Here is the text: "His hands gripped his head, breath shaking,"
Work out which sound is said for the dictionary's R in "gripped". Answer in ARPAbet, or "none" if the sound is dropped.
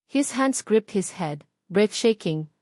R